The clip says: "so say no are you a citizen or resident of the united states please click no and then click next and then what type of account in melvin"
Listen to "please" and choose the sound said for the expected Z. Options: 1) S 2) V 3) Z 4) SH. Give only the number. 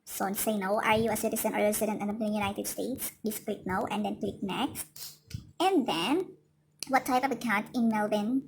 1